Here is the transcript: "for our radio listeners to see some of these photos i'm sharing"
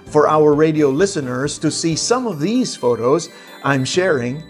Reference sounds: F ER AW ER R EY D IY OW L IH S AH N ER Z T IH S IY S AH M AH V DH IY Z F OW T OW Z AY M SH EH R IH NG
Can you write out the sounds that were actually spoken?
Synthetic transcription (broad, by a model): F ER AW ER R EY D IY OW L IH S AH N ER Z T IH S IY S AH M AH V DH IY Z F OW T OW Z AY M SH EH R IH NG